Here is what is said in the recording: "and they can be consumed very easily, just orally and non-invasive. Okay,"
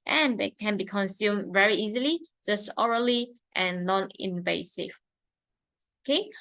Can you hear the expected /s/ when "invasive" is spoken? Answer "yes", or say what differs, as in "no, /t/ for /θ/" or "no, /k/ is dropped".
yes